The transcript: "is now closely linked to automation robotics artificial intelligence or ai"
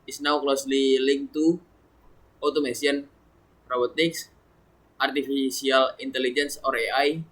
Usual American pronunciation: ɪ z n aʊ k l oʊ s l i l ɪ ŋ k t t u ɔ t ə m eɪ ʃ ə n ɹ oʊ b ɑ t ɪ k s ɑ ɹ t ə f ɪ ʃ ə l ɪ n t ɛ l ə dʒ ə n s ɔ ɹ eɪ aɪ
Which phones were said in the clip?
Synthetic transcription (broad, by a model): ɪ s n aʊ k l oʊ s l i l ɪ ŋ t t u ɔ t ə m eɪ s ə n ɹ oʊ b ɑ t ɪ k s ɑ ɹ t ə f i s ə l ɪ n t ɛ l ə dʒ ə n s ɔ ɹ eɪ aɪ